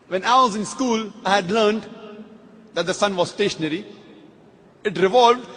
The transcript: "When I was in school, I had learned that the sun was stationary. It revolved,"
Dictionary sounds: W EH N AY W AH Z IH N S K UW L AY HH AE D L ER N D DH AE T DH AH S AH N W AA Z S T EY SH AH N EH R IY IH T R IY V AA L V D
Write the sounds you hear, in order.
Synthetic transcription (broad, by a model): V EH N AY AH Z IH N S K UW L AY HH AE D L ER N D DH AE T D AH S AH N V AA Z S T EY SH AH N EH R IY IH T R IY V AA L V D